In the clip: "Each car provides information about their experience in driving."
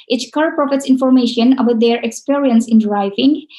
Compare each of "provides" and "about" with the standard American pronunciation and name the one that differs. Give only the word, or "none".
provides